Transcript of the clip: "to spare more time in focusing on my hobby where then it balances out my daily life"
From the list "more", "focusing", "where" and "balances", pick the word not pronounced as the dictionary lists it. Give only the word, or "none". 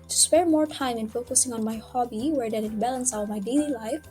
balances